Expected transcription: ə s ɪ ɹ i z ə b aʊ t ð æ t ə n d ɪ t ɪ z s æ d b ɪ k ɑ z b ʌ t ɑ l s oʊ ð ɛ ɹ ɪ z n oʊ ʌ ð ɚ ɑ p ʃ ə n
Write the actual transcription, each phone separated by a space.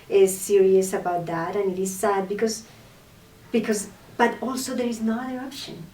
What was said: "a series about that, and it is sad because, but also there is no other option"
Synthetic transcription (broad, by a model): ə s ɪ ɹ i s ə b aʊ t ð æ t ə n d ɪ t ɪ z s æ d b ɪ k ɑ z b ʌ t ɑ l s oʊ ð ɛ ɹ ɪ z n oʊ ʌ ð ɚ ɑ p ʃ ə n